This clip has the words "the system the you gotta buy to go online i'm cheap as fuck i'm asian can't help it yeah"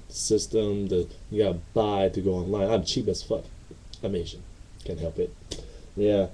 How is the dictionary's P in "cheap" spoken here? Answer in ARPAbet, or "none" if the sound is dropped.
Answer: B